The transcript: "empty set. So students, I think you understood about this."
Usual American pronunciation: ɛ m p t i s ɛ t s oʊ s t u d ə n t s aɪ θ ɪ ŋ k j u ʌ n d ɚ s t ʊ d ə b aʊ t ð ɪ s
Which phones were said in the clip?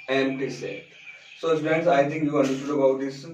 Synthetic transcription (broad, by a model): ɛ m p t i s ɛ t s oʊ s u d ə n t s aɪ t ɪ ŋ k j u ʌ n d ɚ s t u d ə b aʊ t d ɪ s